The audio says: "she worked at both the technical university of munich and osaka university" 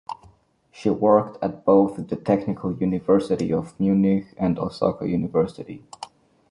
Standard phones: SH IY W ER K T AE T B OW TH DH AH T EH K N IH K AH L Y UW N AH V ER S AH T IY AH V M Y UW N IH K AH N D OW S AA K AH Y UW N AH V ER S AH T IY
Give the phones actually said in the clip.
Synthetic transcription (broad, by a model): SH IY W ER K T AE T B OW TH DH AH T EH K N IH K AH L Y UW N AH V ER S AH T IY AH V M Y UW N IH K AH N D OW S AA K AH Y UW N AH V ER S AH T IY